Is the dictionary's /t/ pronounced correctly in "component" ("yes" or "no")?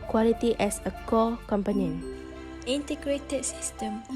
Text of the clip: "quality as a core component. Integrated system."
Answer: no